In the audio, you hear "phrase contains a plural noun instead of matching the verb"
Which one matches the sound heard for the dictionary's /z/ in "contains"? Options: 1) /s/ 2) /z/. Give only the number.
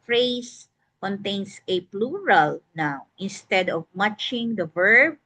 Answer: 1